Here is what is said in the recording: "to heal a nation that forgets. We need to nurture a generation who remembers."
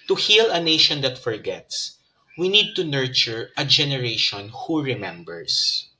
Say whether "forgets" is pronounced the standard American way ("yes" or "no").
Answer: yes